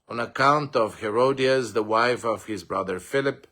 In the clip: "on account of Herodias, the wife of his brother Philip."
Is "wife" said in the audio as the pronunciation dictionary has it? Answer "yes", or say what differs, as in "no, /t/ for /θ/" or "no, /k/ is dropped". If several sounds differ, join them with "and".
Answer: yes